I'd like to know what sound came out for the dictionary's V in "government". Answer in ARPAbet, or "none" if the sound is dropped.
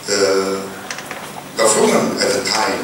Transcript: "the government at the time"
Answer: F